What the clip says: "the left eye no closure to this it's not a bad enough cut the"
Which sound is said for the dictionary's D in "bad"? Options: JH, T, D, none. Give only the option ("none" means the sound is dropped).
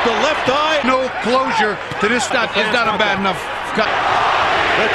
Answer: D